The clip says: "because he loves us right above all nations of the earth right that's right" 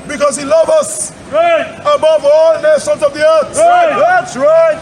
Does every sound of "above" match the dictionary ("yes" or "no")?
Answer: yes